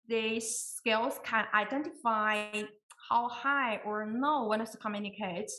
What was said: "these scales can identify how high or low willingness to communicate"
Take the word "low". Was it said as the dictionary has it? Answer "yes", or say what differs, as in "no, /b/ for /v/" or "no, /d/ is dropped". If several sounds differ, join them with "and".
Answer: no, /n/ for /l/